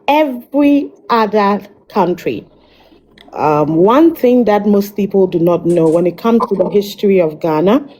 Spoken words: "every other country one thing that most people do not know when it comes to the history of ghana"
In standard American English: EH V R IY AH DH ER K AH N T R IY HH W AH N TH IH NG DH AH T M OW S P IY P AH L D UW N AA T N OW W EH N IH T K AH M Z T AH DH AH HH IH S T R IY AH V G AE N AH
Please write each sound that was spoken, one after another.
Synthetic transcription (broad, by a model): EH V R IY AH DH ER K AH N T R IY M W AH N TH IH NG DH AH T M OW S P IY P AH L D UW N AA T N OW W EH N IH T K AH M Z T AH DH AH HH IH S T R IY AH V G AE N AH